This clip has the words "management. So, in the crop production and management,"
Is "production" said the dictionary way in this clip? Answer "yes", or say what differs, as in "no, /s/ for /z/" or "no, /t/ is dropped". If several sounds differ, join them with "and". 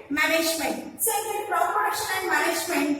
no, /k/ is dropped